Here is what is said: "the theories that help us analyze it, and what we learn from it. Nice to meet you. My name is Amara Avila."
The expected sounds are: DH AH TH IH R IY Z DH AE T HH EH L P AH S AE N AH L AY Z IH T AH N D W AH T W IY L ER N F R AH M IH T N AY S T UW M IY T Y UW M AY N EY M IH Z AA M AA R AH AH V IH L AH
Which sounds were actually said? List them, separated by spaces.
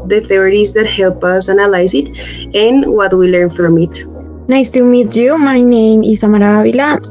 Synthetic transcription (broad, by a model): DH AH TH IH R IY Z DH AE T HH EH L P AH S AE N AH L AY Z IH T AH N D W AH T W IY L ER N F R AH M IH T N AY S T UW M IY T Y UW M AY N EY M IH S AA M AA R AH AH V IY L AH